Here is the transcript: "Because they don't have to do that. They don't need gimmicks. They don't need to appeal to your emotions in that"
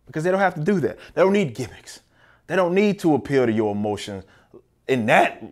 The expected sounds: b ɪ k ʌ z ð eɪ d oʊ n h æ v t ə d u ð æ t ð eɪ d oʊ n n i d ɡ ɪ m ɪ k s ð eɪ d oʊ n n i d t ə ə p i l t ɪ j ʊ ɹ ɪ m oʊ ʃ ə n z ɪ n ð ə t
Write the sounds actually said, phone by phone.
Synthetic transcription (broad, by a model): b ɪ k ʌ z ð eɪ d oʊ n h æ f t ə d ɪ ð æ t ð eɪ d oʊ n n i d ɡ ɪ m ɪ k s ð eɪ d oʊ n n i d t ə ə p i l t ɪ j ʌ ɹ ɪ m oʊ ʃ ə n z ɪ n ð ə t